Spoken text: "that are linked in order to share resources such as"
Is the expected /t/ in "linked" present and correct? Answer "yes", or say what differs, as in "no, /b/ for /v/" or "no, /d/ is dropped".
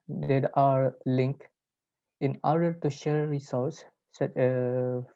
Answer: no, /t/ is dropped